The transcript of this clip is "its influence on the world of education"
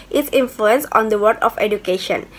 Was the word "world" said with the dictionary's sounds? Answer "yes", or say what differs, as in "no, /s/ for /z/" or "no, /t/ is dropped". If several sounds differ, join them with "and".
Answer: no, /l/ is dropped